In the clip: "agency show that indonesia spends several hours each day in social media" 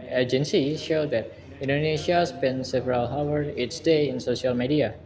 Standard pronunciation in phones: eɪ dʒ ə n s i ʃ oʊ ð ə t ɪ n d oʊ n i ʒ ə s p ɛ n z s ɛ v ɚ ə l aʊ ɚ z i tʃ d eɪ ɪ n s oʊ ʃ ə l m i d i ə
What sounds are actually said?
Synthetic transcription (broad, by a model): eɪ dʒ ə n s i ʃ oʊ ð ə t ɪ n d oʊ n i ʃ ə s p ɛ n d s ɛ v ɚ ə l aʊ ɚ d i s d eɪ ɪ n s oʊ ʃ ə l m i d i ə